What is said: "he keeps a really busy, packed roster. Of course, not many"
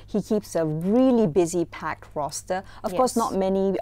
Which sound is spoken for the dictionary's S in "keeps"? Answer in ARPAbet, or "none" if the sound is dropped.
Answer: S